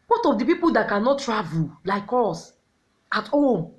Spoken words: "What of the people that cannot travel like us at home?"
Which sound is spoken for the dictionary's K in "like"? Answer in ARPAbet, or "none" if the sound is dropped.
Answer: K